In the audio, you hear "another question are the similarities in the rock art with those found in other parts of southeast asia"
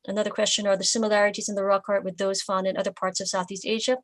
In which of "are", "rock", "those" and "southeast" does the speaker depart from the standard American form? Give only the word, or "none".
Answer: none